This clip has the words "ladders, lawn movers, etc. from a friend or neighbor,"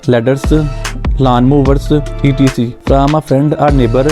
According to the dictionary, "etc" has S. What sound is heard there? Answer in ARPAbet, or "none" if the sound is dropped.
none